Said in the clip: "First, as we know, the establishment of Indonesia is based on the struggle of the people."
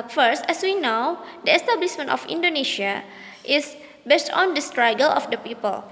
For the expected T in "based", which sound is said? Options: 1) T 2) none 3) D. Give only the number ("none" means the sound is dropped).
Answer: 1